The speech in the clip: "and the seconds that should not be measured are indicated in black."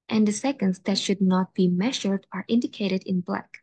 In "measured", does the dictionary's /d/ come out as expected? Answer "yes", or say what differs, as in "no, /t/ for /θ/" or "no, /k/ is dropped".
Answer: yes